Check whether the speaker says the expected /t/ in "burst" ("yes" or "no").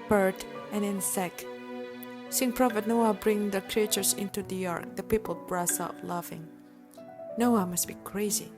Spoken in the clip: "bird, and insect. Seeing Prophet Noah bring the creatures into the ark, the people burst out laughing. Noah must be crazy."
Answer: no